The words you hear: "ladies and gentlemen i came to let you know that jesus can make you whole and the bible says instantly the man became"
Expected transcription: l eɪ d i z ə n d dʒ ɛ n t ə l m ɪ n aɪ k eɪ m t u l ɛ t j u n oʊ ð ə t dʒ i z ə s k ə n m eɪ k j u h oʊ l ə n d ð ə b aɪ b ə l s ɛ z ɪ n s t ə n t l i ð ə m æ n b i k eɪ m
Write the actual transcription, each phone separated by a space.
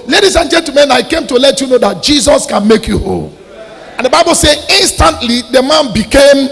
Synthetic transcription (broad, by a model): l eɪ d i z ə n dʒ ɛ l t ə m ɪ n aɪ k eɪ m t u l ɛ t j u n oʊ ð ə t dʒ i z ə s k ə n m eɪ k j u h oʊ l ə n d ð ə b aɪ b ə l s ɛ ɪ n s t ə n t l i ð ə m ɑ n b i k eɪ m